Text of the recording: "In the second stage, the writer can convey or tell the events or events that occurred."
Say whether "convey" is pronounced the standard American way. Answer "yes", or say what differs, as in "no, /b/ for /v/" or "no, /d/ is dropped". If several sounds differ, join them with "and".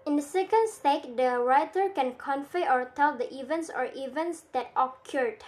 no, /f/ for /v/